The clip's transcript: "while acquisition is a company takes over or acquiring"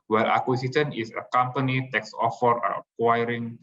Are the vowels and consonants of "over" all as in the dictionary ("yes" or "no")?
no